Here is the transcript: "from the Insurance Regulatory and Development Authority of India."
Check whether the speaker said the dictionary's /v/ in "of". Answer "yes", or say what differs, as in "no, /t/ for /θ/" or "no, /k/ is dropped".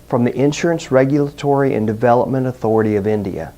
yes